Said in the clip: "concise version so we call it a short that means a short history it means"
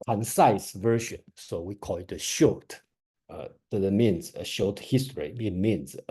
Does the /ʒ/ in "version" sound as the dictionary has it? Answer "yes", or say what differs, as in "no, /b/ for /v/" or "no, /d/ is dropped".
no, /ʃ/ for /ʒ/